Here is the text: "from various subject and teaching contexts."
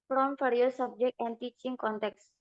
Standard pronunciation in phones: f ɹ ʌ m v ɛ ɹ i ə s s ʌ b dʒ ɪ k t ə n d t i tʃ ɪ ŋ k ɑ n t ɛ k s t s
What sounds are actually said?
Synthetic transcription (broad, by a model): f ɹ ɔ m f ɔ ɹ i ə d s ʌ b dʒ ɪ k t ə n d t i tʃ ɪ ŋ k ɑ n t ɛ k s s